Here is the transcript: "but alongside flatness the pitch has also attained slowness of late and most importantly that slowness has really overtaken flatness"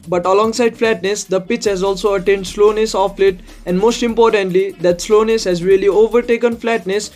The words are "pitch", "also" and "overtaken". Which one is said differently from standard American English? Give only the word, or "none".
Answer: none